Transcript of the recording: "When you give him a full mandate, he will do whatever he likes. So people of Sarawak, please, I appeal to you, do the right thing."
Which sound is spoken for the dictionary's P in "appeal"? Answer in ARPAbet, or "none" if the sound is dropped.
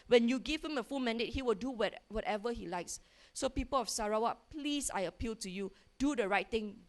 P